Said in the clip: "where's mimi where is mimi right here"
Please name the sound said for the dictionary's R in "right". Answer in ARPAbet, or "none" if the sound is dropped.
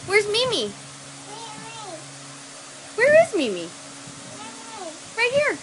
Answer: W